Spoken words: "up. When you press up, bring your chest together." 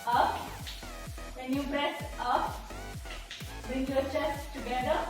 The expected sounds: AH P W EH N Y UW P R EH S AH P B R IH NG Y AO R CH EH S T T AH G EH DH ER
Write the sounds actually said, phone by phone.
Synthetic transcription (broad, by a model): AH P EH N Y UW B R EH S AH P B R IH NG Y AO R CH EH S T T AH G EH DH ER